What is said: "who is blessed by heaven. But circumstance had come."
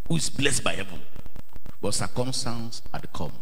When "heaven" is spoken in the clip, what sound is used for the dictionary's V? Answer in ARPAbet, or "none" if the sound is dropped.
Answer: V